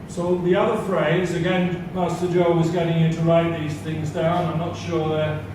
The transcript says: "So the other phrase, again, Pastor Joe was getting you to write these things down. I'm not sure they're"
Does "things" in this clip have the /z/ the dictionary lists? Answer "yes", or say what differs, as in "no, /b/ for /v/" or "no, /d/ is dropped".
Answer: yes